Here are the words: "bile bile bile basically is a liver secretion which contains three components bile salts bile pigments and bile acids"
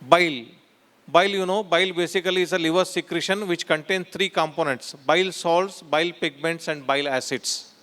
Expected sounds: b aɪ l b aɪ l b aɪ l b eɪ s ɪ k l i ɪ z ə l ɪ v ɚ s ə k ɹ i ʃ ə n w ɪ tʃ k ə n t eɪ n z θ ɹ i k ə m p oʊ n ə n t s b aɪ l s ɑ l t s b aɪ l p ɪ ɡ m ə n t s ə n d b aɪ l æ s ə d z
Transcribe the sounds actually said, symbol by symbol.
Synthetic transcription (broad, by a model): b aɪ l b aɪ l b aɪ l b eɪ s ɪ k l i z ə l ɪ v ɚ s ə k ɹ i ʃ ə n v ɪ tʃ k ə n t eɪ n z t ɹ i k ə m p oʊ n ə n t s b aɪ l s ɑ l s b aɪ l p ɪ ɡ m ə n t s ə n d b aɪ l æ s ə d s